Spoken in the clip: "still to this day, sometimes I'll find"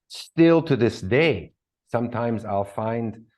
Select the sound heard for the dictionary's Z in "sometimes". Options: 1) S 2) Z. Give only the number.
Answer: 2